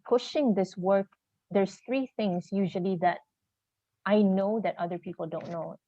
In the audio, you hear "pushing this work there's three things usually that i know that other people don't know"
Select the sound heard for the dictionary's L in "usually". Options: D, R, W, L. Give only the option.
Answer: L